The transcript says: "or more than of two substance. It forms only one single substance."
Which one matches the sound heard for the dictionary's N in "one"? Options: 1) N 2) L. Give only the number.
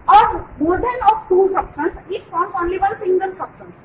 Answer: 2